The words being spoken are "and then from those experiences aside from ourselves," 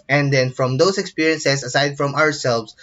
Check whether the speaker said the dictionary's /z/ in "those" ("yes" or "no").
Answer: no